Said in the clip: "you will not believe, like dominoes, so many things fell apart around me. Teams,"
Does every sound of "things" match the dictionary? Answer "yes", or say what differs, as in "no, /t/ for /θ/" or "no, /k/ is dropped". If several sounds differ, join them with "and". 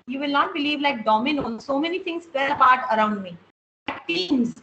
no, /t/ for /θ/